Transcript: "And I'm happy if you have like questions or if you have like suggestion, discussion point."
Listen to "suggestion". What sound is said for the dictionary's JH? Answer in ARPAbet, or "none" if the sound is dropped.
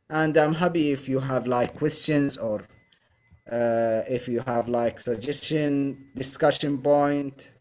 JH